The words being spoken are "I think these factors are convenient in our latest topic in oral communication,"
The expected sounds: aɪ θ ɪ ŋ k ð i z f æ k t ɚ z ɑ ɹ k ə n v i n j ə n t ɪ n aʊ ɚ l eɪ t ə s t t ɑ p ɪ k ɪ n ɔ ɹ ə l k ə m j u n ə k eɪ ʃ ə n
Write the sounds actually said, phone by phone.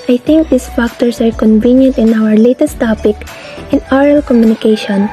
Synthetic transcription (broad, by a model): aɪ t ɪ ŋ k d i s f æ k t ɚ s ɑ ɹ k ə n v i n j ə n t ɪ n aʊ ɚ l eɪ t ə s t t ɑ p ɪ k ɪ n ɔ ɹ ə l k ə m j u n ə k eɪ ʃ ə n